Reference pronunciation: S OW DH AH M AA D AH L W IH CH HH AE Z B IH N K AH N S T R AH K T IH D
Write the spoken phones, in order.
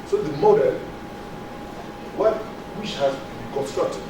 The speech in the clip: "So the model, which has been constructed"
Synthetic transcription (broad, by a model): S OW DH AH M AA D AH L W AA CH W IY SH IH L K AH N S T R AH K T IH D